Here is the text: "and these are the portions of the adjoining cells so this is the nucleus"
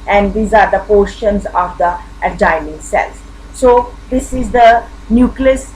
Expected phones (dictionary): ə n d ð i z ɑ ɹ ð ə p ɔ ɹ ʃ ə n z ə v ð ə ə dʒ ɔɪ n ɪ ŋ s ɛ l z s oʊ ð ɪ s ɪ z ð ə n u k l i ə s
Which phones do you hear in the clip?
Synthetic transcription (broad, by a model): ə n d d i z ɑ ɹ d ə p ɔ ɹ ʃ ə n z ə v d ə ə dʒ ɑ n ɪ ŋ s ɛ l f s oʊ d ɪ s ɪ z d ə n u k l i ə s